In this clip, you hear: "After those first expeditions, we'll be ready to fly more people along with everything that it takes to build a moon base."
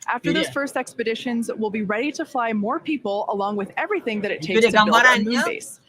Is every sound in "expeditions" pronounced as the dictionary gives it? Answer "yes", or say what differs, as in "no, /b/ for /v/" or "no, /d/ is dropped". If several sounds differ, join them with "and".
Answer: yes